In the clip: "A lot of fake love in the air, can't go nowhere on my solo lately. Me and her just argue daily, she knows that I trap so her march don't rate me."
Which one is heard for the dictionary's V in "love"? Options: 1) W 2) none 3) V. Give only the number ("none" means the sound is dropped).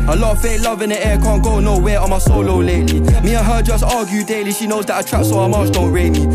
3